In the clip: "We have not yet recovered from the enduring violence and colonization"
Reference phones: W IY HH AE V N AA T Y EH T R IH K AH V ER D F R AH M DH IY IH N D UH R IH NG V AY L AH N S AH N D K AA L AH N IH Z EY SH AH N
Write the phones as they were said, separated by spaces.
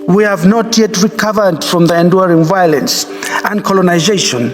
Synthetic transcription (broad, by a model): W IY HH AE V N AA T Y EH T R IH K AH V ER D F R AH M DH IY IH N D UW R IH NG V AY L AH N S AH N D K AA L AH N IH Z EY SH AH N